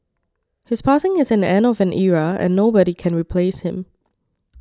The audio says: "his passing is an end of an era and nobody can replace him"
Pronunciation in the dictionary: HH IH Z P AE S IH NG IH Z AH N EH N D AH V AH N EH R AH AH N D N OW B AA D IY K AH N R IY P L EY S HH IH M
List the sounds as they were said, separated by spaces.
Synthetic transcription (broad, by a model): HH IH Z P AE S IH NG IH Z AH N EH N AH V AH N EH R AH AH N N OW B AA D IY K AH N R IY P L EY S HH IH M